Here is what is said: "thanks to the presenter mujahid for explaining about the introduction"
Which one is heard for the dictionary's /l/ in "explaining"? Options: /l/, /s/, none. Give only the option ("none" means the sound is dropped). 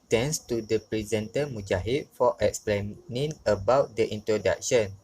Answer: /l/